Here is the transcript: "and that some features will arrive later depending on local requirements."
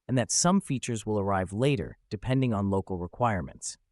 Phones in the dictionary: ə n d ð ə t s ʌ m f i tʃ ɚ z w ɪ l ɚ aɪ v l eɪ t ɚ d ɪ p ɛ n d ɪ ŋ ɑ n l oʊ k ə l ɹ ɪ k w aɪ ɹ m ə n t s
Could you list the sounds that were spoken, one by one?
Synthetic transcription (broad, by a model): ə n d ð ə t s ʌ m f i tʃ ɚ z w ɪ l ɚ aɪ v l eɪ t ɚ d ɪ p ɛ n d ɪ ŋ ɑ n l oʊ k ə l ɹ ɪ k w aɪ ɹ m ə n t s